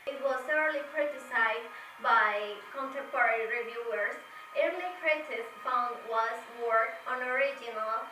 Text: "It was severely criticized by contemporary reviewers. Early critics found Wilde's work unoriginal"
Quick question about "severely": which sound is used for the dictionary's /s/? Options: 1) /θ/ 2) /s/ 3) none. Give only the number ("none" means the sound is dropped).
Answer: 1